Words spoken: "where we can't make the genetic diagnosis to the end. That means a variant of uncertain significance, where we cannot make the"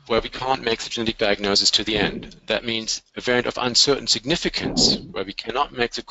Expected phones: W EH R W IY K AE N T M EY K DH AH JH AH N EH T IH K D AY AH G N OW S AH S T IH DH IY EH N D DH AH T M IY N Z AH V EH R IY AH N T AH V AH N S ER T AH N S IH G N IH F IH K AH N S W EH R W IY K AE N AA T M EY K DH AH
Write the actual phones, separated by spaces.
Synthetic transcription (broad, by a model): W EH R W IY K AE N M EY K DH AH JH AH N EH T IH K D AY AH G N OW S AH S T IH DH IY EH N D DH AH T M IY N Z AH V EH R IY AH N T AH V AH N S ER T N S IH G N IH F IH K AH N S W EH R W IY K AE N AA T M EY K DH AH